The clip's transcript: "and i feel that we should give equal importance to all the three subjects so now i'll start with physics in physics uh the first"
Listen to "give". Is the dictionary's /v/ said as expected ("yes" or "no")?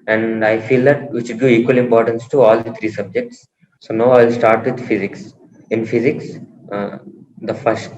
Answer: no